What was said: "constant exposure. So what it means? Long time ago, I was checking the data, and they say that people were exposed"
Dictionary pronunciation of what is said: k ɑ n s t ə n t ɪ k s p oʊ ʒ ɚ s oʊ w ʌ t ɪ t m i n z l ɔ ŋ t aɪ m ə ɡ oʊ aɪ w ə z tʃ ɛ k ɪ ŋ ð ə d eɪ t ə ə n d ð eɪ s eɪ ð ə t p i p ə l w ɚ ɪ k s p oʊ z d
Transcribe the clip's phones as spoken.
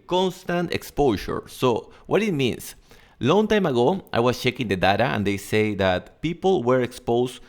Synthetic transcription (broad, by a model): k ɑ n s t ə n t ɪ k s p oʊ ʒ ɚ s oʊ w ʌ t ɪ t m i n s l ɔ ŋ t aɪ m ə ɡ oʊ aɪ w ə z tʃ ɛ k ɪ ŋ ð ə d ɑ t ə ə n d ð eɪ s eɪ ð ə t p i p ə l w ɚ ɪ k s p oʊ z